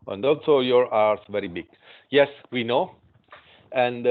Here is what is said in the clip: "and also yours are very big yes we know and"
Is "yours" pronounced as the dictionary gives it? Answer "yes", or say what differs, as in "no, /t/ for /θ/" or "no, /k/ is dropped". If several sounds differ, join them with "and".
no, /z/ is dropped